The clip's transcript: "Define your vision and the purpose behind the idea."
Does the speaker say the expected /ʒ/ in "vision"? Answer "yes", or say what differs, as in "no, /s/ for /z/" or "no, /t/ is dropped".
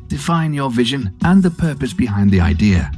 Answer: yes